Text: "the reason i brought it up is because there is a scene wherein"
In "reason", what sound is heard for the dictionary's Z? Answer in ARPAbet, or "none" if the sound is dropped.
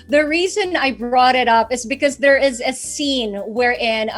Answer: Z